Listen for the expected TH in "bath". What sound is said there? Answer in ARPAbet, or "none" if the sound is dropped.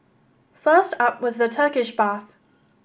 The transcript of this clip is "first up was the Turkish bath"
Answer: TH